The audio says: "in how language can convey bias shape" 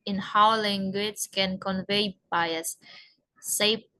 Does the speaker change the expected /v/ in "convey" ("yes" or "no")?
no